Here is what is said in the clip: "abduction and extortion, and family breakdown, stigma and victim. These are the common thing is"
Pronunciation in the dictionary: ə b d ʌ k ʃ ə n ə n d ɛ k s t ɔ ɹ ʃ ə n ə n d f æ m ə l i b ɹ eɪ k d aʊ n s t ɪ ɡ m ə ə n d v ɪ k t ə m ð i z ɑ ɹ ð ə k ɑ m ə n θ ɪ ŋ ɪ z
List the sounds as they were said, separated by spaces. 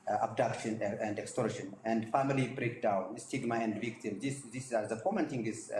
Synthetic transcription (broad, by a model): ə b d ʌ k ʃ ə n ə n d ɛ k s t ɔ ɹ ʃ ə n ə n d f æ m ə l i b ɹ eɪ k d aʊ n s t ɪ ɡ m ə ə n d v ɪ k t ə m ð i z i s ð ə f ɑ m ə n t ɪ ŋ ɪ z